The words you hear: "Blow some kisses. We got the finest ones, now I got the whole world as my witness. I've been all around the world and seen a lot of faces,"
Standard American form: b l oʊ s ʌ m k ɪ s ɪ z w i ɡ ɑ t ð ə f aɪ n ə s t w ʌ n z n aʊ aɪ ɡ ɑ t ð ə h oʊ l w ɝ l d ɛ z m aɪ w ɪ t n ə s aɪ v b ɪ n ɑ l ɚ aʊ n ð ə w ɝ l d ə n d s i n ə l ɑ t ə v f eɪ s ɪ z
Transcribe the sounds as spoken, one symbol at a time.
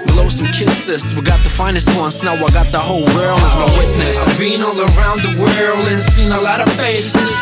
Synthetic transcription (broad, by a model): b l oʊ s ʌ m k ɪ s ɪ s w i ɡ ɑ t ð ə f aɪ n ə s t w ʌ n s n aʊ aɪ ɡ ɑ t ð ə h oʊ l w ɝ l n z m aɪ w ɪ t n ə s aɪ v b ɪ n ɑ l ɚ aʊ n ð ə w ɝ l ə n s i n ə l ɑ t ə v f eɪ s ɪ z